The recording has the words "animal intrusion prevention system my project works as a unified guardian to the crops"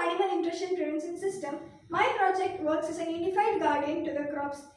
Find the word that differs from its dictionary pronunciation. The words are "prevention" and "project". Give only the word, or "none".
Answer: prevention